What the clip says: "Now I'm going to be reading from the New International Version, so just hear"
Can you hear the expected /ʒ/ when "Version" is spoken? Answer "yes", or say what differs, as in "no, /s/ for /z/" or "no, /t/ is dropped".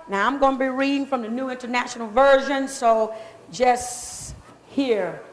yes